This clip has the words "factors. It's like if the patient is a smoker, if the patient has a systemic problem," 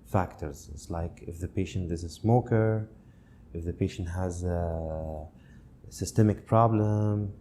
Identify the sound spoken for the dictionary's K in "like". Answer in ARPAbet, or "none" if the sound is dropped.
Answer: K